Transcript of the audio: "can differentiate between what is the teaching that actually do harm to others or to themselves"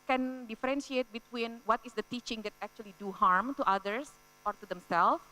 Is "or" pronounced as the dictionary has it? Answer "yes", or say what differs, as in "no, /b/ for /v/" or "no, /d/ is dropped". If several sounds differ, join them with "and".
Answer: yes